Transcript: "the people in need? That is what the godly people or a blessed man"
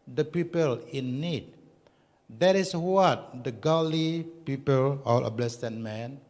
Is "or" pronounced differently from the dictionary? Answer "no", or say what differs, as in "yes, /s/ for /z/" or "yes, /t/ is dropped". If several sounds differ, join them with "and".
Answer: yes, /l/ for /ɹ/